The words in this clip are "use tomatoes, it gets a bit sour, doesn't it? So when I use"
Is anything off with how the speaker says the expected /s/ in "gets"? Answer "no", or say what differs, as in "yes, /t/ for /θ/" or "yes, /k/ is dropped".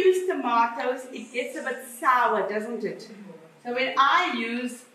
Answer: no